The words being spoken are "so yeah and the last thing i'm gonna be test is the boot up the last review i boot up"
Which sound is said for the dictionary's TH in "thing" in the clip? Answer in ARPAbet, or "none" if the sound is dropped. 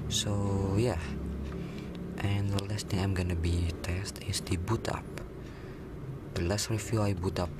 T